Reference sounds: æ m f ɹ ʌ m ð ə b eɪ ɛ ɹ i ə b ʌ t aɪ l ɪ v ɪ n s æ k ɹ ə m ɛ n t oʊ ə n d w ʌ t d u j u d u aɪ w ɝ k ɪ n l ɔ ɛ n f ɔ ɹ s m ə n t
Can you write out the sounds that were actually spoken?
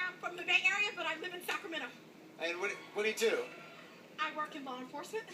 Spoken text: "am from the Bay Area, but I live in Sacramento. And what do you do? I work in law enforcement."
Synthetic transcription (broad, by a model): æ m f ɹ ʌ m ð ə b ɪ ɛ ɹ i ə b ʌ t aɪ l ɪ v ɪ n s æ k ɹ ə m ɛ t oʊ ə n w w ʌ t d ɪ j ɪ d u aɪ w ɝ k ɪ n l ɔ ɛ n f ɔ ɹ s m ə n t